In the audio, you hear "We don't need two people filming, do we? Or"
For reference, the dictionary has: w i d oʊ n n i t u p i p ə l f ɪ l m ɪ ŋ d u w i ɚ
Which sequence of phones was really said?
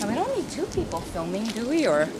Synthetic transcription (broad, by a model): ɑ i d oʊ n l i t u p i p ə l f ɪ l m ɪ ŋ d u w i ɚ